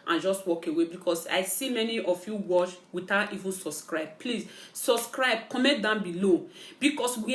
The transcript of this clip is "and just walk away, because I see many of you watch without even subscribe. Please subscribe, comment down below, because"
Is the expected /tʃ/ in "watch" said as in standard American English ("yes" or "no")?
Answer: no